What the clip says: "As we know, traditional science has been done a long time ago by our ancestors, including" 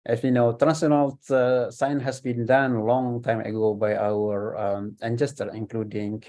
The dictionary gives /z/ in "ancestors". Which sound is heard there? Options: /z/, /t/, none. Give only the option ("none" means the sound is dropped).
none